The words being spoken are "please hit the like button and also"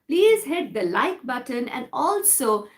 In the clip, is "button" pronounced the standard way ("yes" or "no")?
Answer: yes